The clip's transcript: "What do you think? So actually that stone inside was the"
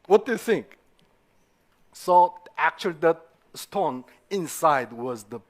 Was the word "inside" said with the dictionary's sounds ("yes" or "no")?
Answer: yes